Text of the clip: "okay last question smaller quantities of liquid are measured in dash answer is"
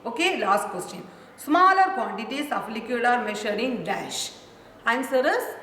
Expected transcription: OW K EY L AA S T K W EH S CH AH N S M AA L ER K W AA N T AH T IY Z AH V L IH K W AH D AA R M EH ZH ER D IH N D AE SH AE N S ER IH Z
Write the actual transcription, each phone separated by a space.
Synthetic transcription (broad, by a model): OW K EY L AA S T K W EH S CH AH N S M AA L ER K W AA N T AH T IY S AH F L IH K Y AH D AA R M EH SH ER D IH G D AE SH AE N S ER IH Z